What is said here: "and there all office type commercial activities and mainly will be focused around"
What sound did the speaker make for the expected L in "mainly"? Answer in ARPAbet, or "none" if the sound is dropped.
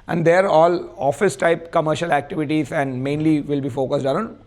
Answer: L